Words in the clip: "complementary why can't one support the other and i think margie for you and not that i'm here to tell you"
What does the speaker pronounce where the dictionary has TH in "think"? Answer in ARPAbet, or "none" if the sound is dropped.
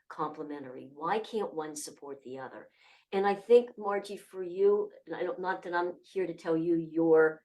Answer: TH